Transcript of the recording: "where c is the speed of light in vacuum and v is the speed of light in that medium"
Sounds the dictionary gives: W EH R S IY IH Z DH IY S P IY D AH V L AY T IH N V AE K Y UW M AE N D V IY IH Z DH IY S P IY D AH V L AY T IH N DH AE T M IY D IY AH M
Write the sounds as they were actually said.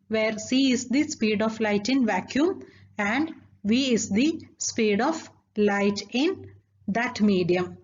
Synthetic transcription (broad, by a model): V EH R S IY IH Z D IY S P IY D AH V L AY T IH N V AE K Y UW M AE N D V IY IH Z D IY S P IY D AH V L AY T IH N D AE T M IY D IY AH M